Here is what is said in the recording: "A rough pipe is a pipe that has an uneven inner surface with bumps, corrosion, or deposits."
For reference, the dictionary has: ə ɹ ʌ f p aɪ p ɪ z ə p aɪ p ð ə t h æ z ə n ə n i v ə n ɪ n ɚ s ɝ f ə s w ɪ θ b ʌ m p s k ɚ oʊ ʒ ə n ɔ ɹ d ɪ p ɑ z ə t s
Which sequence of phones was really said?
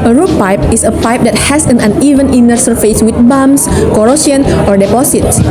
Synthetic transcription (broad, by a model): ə ɹ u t p aɪ p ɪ s ə p aɪ p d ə t h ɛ s ə n ə n i v ə n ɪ n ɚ s ɝ f ə s w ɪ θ b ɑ m s k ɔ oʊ s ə n ɔ ɹ d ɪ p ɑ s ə t s